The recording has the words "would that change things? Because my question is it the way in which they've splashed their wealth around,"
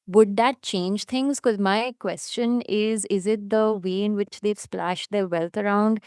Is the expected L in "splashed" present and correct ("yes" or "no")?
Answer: yes